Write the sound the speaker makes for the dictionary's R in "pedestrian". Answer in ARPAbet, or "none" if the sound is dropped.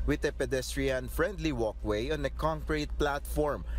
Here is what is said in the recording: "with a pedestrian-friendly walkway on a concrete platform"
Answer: R